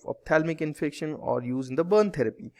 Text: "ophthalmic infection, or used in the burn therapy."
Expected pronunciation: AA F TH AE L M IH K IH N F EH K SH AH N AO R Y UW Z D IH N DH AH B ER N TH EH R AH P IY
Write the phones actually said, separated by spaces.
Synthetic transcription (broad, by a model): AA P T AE L M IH K IH N F EH K SH AH N AO R Y UW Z IH N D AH B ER N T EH R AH P IY